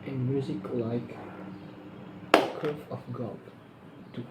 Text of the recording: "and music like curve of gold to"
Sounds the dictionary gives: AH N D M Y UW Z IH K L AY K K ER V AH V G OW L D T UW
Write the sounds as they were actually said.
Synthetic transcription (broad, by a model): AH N M Y UW Z IH K L AY K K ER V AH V G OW D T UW